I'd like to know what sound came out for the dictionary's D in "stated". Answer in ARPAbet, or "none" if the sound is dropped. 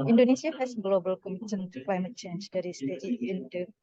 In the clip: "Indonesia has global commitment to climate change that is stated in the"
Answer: none